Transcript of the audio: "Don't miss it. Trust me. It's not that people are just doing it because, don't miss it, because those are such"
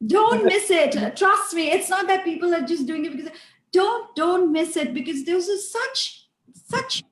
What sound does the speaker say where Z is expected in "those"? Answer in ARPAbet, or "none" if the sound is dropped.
S